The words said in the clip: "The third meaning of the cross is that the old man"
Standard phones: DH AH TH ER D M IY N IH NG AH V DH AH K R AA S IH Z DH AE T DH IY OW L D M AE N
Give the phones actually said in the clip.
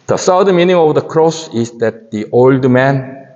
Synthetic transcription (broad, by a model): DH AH S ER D M IY N IH NG AH V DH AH K R AA S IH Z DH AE T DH IY OW L D M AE N